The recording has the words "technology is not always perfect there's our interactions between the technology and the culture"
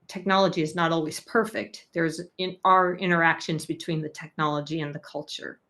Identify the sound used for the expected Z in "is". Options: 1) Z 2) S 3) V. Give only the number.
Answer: 1